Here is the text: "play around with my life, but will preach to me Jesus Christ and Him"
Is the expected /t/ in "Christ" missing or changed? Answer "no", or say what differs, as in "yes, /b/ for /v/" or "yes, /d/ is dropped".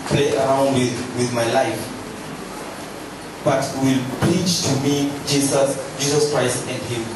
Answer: no